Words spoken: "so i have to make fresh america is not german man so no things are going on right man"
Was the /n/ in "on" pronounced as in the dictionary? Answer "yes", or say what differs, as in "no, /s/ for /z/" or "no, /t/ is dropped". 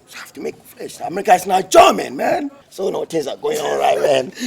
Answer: no, /l/ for /n/